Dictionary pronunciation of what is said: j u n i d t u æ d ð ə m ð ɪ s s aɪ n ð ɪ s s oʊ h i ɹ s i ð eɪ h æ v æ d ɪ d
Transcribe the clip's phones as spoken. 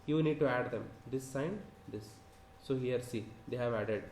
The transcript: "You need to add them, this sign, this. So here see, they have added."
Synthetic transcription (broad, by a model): j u n i d t u æ d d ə m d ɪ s s aɪ n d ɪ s s oʊ h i ɹ s i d eɪ h æ v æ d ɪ d